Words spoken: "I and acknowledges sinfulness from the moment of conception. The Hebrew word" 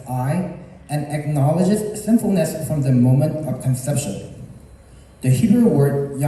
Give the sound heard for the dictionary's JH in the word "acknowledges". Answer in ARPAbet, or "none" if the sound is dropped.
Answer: JH